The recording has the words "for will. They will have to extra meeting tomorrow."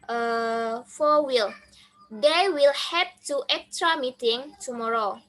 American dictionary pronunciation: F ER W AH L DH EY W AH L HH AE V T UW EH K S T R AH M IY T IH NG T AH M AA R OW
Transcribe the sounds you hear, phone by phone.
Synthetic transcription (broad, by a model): F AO W AH L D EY W AH L HH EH P T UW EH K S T R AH M IY T IH NG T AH M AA R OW